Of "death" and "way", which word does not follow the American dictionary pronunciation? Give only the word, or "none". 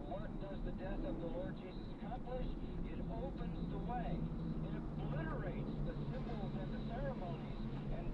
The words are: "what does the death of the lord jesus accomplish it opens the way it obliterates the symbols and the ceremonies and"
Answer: none